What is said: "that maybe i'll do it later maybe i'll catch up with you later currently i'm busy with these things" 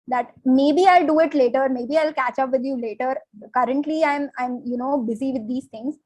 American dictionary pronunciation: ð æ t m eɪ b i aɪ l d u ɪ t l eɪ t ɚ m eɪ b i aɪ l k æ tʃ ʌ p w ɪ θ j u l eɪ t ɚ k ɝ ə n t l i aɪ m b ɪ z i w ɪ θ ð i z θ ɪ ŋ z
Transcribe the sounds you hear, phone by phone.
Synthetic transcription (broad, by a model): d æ t m eɪ b i aɪ l d u ɪ t l eɪ t ɚ m eɪ b i aɪ l k æ tʃ ʌ p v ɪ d j u l eɪ t ɚ k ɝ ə n t l i aɪ m b ɪ z i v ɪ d i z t ɪ ŋ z